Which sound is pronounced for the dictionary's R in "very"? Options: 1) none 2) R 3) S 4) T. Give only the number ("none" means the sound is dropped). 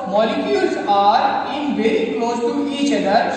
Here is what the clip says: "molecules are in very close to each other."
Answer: 1